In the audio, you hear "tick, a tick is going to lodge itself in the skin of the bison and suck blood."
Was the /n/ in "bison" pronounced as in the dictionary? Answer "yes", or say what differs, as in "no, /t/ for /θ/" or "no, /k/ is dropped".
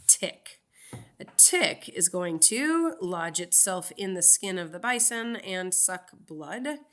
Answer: yes